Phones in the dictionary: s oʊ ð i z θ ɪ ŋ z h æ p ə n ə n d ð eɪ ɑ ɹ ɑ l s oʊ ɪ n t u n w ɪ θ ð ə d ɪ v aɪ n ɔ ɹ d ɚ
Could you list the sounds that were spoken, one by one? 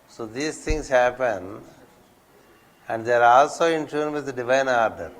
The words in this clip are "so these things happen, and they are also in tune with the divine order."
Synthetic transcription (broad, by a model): s oʊ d i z t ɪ ŋ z h æ p ə n ə n d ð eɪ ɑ ɹ ɑ l s oʊ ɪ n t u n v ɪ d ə d ɪ v aɪ n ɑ ɹ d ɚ